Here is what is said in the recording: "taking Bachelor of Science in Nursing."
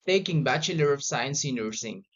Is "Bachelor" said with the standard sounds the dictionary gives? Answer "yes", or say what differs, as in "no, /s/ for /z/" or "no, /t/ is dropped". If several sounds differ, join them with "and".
yes